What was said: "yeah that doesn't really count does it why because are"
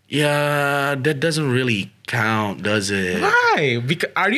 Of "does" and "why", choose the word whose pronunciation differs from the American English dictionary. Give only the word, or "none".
none